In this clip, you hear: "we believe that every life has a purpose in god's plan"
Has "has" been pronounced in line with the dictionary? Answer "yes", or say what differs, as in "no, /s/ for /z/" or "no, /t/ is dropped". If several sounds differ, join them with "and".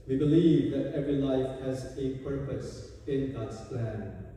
yes